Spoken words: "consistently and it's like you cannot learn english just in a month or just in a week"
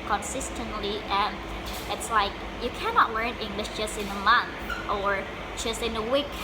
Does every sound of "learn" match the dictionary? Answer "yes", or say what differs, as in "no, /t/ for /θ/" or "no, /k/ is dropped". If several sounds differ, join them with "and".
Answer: yes